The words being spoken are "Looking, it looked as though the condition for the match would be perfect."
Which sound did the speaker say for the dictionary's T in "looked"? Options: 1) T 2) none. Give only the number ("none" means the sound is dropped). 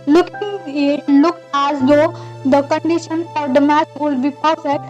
2